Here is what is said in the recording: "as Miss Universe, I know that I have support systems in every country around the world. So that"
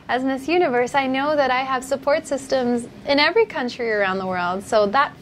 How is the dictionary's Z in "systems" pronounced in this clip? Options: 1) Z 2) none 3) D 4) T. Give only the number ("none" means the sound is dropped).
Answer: 1